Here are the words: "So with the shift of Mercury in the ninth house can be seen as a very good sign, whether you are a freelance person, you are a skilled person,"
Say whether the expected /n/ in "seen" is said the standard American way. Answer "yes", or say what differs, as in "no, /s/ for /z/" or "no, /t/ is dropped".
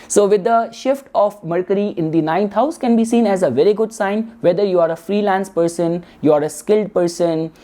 yes